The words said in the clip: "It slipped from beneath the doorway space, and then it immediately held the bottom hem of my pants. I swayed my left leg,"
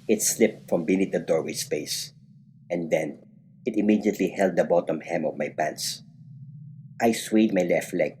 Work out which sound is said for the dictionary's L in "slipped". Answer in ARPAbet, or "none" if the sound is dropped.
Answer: L